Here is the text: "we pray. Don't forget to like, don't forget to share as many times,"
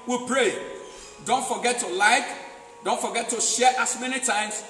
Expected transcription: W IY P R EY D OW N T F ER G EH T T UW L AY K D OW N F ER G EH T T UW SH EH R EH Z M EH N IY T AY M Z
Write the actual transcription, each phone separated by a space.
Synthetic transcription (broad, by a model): W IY P R EY D OW N T F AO G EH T T UW L AY K D OW N F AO G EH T T UW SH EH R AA S M EH N IY T AY M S